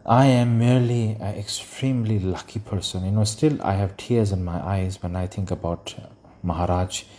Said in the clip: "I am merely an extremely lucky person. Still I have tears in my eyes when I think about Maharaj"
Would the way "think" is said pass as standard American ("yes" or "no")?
no